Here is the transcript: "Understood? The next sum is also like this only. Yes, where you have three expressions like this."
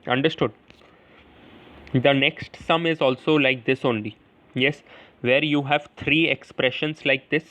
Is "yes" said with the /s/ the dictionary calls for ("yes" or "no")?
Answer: yes